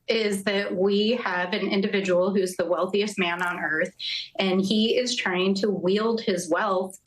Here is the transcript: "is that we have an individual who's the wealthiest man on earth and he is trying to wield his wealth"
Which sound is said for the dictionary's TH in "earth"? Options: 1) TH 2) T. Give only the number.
1